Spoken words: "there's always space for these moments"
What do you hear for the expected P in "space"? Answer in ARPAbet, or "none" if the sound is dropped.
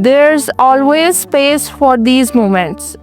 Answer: P